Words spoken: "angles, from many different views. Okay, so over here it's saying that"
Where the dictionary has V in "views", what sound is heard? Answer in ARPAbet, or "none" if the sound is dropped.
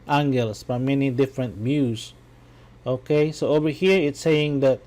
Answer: B